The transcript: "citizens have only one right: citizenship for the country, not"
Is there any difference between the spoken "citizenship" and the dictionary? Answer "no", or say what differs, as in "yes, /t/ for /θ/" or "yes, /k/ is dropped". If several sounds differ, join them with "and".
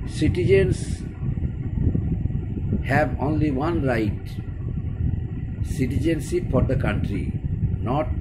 yes, /s/ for /ʃ/